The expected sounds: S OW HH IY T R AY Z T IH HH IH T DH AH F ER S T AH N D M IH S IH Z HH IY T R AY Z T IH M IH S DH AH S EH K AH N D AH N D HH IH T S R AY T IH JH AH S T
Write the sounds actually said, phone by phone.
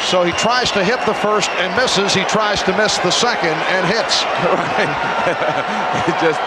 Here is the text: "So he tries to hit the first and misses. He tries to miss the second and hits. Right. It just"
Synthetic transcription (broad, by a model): S OW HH IY T R AY Z T IH HH IH T DH AH F ER S T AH N M IH S IH Z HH IY T R AY Z T IH M IH S DH AH S EH K AH N D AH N HH IH T S R AY T IH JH AH S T